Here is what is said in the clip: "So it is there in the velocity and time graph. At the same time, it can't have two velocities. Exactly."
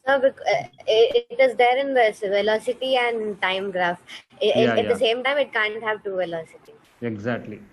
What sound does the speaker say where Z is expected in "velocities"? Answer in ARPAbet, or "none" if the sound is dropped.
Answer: none